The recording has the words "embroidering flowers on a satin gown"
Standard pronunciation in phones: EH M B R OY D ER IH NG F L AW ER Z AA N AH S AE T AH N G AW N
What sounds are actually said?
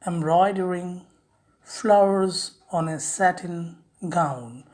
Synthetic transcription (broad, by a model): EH M B R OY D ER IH NG F L AW ER Z AA N AH S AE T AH N G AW N